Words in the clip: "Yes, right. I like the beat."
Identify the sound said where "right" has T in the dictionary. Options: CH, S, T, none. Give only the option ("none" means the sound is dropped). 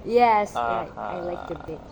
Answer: none